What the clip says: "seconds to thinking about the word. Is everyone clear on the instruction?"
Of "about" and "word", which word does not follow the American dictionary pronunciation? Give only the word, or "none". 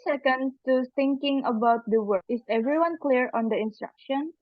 word